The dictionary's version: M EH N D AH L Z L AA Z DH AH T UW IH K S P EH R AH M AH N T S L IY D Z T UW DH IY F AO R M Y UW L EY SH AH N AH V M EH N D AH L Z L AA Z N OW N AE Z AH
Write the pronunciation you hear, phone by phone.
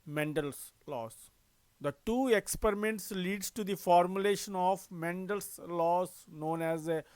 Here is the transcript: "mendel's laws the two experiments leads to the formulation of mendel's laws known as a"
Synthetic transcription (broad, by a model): M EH N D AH L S L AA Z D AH T UW IH K S P EH R AH M AH N T S L IY D T UW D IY F AO R M Y UW L EY SH AH N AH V M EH N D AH L S L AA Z N OW N AE Z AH